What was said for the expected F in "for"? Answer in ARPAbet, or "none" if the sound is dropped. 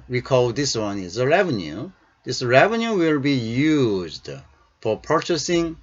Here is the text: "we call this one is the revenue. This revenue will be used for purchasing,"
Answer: F